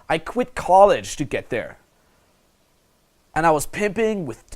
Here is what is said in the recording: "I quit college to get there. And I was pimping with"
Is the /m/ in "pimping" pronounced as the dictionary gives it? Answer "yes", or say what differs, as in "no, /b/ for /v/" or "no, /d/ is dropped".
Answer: yes